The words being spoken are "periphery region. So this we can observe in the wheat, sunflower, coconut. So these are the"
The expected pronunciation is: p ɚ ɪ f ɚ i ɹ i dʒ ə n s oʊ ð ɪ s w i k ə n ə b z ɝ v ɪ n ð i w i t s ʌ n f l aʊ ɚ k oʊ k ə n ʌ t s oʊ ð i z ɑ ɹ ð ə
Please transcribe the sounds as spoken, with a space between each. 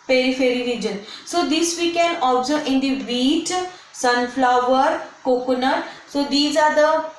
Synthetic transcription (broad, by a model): p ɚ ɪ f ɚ i ɹ i dʒ ə n s oʊ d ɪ s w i k ə n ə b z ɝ ɪ n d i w i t s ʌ n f l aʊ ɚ k oʊ k ə n ʌ t s oʊ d i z ɑ ɹ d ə